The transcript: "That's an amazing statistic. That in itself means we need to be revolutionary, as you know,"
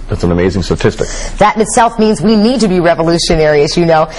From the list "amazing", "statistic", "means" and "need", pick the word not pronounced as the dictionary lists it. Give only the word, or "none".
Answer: none